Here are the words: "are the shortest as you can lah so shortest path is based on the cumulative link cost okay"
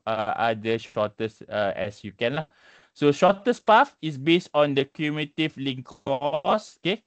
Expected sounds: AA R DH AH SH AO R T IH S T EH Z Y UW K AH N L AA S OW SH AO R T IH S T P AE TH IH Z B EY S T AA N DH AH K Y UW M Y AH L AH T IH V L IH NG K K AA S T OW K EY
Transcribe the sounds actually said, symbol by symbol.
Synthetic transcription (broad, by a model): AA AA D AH SH AO T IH S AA EH S Y UW K AH N L AA S OW SH AO T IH S P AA F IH S B EY S T AA N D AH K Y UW M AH T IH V L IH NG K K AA S OW K EY